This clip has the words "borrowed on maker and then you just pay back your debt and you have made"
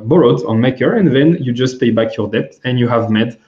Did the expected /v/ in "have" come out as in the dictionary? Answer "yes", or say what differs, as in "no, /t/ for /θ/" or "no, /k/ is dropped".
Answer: yes